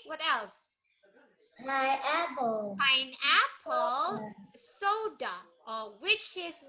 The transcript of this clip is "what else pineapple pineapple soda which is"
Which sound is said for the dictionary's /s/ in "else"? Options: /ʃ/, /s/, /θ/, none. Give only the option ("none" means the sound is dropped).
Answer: /s/